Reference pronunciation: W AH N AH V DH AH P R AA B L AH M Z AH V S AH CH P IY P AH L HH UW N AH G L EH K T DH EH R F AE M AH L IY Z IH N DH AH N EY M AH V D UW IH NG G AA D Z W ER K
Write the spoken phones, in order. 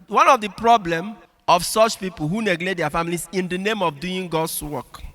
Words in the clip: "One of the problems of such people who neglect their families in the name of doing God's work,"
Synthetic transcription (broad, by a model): W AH N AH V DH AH P R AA B L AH M AH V S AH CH P IY P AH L HH UW N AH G L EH T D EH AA F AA M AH L IY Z IH N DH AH N EY M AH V D UW IH NG G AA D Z W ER K